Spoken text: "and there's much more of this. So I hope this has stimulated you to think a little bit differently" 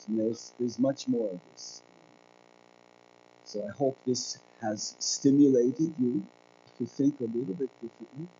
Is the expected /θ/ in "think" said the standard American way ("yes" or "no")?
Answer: yes